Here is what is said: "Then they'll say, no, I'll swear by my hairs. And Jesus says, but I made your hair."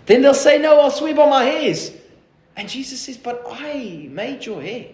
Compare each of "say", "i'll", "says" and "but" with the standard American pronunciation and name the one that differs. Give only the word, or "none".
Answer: none